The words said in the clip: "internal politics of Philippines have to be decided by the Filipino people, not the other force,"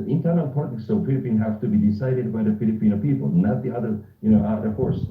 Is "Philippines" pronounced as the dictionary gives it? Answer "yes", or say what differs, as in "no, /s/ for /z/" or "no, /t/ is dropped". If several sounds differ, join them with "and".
no, /z/ is dropped